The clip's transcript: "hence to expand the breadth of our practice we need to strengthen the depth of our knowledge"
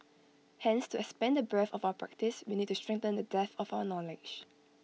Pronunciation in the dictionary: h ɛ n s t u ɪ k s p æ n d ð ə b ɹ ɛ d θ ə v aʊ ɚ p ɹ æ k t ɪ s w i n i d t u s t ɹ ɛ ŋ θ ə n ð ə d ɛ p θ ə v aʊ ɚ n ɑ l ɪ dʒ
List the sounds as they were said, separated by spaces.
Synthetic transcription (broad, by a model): h ɛ n s t u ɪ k s p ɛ n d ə b ɛ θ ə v aʊ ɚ p ɹ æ k t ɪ s w i n i d t u s t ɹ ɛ ŋ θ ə n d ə d ɛ θ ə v aʊ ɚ n ɑ l ɪ dʒ